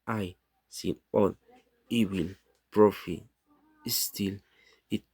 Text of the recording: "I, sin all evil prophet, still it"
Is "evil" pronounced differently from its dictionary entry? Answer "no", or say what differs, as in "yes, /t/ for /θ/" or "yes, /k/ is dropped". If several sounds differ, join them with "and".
yes, /w/ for /v/